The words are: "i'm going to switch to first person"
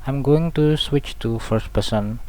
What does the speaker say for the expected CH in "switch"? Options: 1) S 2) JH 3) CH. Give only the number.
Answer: 3